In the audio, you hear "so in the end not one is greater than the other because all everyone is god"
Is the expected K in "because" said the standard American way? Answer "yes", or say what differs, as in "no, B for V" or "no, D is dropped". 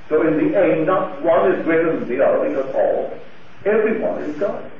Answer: no, K is dropped